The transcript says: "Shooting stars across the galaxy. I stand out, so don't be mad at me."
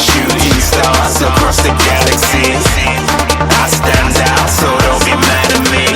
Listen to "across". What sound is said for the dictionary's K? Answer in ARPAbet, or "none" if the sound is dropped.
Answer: none